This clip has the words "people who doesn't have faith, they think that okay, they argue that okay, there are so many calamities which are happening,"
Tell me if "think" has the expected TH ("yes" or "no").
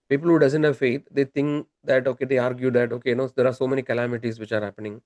no